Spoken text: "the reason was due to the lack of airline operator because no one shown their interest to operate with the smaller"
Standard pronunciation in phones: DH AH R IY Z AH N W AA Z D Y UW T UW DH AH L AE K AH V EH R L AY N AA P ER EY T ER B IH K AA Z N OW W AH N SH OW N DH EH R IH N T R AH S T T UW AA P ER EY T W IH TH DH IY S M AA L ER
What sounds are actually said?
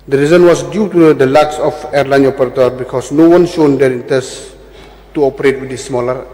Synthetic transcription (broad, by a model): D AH R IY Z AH N W AA S D Y UW T UW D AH L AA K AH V EH R L AY N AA P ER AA T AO B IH K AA S N OW W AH N SH OW N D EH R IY N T AH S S T UW AA P ER EY T W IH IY S M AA L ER